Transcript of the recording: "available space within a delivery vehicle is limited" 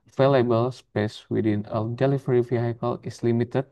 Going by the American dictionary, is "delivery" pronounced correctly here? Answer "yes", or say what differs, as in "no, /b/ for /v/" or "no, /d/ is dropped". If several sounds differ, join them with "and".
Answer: no, /f/ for /v/